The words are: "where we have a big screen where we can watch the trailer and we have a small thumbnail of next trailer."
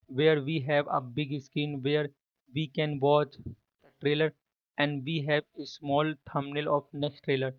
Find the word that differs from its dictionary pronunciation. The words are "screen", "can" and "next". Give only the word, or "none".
screen